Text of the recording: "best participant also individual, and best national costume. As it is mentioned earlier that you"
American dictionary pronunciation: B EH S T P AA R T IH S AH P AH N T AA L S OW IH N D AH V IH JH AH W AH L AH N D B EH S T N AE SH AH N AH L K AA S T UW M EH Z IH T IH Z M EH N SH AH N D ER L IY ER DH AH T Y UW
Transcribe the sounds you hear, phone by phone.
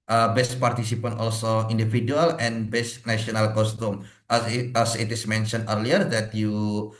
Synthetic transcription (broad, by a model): B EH S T P AA R T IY S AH P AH N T AA L S OW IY N D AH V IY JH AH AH L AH N B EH S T N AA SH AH N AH L K AA S T UW M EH S IH T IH S M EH N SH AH N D ER L IY ER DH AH T Y UW